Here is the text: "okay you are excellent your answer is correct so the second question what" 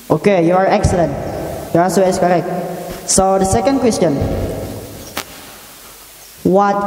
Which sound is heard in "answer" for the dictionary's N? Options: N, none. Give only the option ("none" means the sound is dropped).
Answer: none